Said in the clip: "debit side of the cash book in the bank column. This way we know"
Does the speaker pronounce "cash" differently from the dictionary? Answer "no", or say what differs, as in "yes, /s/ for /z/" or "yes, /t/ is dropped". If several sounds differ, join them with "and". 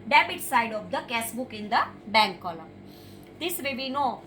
yes, /s/ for /ʃ/